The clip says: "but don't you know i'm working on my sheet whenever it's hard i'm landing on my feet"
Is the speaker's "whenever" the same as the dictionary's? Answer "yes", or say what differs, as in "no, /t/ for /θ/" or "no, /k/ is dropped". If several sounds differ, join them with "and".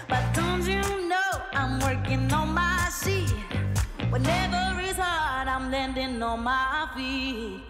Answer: yes